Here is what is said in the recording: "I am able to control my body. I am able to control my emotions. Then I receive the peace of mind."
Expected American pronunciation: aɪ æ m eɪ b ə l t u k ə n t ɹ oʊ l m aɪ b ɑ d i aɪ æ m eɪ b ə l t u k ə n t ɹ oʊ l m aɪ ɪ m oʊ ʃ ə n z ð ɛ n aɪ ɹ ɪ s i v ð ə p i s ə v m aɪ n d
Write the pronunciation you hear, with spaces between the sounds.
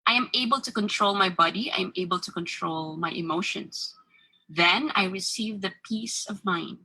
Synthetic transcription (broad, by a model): aɪ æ m eɪ b ə l t u k ə n t ɹ oʊ l m aɪ b ɑ d i aɪ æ m eɪ b ə l t u k ə n t ɹ oʊ l m aɪ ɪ m oʊ ʃ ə n s ð ɛ n aɪ ɹ ɪ s i v ð ə p i s ə v m aɪ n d